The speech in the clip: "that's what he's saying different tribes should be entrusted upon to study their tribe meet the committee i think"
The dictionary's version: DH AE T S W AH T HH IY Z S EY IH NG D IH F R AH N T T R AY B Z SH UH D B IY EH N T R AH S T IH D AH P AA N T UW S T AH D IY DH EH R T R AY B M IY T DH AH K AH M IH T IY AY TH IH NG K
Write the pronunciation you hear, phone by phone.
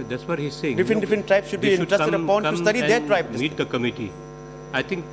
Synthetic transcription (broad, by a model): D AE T S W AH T HH IY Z S EY IH NG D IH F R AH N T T R AY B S SH UH D B IY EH T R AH S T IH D AH P AA N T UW S T AH D IY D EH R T R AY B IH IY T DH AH K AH M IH T IY AY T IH NG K